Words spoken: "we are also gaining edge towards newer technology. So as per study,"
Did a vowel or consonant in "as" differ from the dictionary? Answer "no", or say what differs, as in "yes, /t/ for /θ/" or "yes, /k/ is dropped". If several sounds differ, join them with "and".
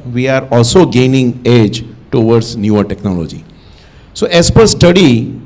yes, /s/ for /z/